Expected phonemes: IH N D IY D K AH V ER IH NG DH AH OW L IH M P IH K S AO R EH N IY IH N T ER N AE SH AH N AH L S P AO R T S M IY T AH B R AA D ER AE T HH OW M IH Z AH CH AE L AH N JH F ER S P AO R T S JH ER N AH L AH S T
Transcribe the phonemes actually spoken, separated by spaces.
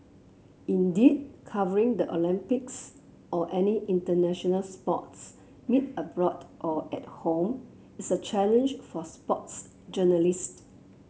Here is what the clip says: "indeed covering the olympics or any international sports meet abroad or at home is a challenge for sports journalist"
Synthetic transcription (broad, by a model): IH N D IY D K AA V ER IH NG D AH OW L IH M P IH K S AO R EH N IY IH N T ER N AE SH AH N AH L S P AO T S M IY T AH B R AA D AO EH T HH OW M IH S AH CH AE L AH N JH F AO S P AO T S JH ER N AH L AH S T